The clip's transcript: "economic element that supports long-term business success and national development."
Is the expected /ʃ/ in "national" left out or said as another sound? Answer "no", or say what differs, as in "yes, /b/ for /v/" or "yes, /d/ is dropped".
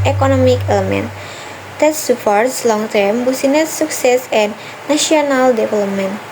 yes, /ʃ/ is dropped